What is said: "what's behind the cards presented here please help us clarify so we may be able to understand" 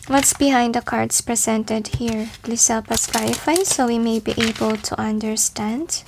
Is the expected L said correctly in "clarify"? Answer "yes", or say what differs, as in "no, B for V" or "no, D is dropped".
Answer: no, L is dropped